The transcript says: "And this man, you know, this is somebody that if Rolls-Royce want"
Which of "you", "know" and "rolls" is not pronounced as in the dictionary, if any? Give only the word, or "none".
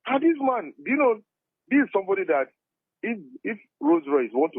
rolls